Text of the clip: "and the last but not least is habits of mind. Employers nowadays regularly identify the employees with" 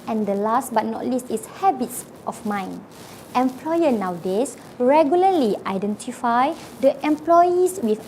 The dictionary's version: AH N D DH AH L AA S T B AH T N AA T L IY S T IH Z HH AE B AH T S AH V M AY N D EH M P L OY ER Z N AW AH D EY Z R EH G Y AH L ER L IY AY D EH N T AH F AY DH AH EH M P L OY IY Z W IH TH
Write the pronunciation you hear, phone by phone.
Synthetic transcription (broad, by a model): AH N D AH L AA S T B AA T N AA T L IY S T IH S HH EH B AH T S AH F M AY N EH M P L OY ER N AW D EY S R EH G Y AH L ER L IY AY D EH N T AH F AY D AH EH M P L OY IY S W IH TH